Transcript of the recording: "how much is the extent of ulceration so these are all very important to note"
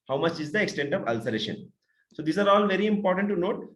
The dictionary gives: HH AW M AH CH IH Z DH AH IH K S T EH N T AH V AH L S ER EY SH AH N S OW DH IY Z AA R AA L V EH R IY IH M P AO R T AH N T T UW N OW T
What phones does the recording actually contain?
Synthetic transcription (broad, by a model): HH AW M AH CH IH Z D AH IH K S T EH N T AH V AH L S ER EY SH AH N S OW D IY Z AA R AA L V EH R IY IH M P AO R T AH N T T UW N OW T